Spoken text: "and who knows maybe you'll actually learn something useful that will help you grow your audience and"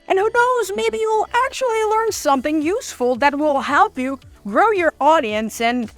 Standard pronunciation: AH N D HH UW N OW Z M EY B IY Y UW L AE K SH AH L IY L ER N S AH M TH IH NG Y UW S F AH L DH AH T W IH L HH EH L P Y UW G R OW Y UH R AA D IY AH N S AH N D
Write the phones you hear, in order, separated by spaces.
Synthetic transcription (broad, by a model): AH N HH UW N OW Z M EY B IY Y UW L AE K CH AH L IY L ER N S AH M TH IH NG Y UW S F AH L DH AH T W IH L HH EH L P Y UW G R OW Y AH R AA D IY AH N S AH N